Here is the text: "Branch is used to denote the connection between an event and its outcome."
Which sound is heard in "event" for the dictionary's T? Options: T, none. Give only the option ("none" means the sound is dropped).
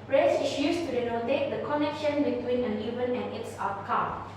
none